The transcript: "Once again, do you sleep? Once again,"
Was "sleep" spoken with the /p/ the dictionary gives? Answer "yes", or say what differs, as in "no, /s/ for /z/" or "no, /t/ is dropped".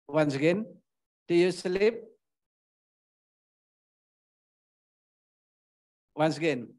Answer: yes